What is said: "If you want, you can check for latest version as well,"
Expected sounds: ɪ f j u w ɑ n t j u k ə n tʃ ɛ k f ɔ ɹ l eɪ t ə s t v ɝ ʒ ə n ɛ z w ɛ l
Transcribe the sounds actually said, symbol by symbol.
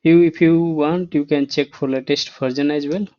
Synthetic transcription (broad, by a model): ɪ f j u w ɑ n t j u k ə n tʃ ɛ k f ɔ ɹ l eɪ t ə s t p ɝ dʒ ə n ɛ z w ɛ l